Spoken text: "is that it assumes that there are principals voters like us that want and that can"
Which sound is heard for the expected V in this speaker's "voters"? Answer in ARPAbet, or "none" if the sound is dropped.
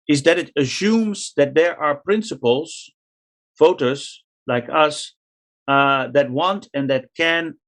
F